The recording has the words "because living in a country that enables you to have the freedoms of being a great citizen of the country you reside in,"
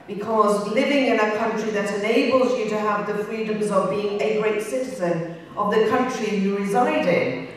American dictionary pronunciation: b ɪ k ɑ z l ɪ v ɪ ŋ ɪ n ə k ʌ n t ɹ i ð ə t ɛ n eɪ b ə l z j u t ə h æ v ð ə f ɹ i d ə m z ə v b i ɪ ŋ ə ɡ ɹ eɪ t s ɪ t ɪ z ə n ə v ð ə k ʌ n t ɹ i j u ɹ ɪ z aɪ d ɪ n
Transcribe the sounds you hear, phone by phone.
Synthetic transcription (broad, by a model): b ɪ k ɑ z l ɪ v ɪ ŋ ɪ n ə k ʌ n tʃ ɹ i ð ə t ɛ n eɪ b ə l z j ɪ t ə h v ð ə f ɹ i d ə m z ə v b i ɪ ŋ ə ɡ ɹ eɪ t s ɪ t ɪ z ə n ə v ð ə k ʌ n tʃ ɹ i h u ɹ ɪ z aɪ d ɪ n